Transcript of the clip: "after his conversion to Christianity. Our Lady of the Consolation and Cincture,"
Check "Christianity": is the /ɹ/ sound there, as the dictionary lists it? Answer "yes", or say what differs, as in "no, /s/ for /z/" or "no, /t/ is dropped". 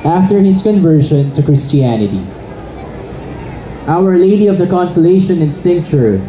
yes